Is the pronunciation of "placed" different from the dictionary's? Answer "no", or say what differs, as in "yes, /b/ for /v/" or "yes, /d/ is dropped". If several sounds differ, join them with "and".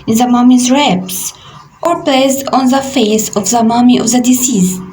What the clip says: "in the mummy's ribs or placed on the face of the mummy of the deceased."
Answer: yes, /t/ is dropped